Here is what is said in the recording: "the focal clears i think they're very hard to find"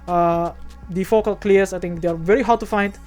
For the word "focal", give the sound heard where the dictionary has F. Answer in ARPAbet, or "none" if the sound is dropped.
F